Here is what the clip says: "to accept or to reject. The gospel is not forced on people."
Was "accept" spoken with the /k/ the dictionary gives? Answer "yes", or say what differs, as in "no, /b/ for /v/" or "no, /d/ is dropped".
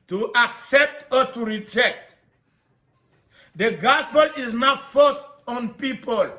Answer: yes